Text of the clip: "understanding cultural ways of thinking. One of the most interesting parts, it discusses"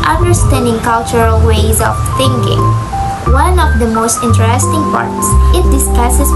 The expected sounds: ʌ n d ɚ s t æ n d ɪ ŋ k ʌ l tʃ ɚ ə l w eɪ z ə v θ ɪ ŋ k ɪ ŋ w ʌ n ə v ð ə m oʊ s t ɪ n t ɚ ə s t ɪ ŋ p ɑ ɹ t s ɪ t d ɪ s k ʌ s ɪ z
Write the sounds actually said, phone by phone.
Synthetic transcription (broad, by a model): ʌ n d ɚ s t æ n d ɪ ŋ k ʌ l tʃ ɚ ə l w eɪ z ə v θ ɪ ŋ k ɪ ŋ w ʌ n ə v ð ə m oʊ s t ɪ n t ɚ ə s t ɪ ŋ p ɑ ɹ t s ɪ t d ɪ s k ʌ s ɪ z